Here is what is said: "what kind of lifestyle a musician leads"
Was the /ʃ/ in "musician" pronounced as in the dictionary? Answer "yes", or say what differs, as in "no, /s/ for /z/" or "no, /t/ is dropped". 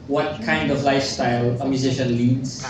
yes